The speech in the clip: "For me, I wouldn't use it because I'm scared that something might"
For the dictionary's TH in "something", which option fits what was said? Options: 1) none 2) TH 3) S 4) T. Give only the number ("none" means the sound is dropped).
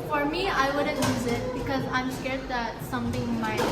4